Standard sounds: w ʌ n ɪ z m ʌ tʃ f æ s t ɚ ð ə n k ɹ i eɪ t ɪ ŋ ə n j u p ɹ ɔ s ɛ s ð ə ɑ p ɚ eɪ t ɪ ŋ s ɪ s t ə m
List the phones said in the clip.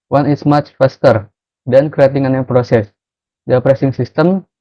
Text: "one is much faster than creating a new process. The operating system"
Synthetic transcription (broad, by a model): w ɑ n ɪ s m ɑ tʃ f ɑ s t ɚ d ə n k ɹ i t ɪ ŋ ə n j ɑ p ɹ ɔ s ɛ s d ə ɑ p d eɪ s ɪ ŋ s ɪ s t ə m